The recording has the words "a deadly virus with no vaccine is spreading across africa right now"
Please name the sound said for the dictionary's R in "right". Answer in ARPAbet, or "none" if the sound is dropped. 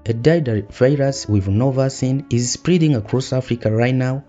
R